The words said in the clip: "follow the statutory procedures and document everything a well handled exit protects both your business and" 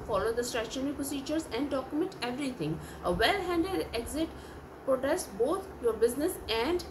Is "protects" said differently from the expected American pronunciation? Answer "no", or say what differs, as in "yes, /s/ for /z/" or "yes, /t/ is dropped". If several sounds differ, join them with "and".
yes, /s/ is dropped